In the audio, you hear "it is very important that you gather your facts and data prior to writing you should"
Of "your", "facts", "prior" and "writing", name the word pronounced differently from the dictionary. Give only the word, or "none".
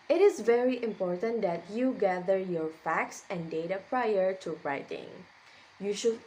none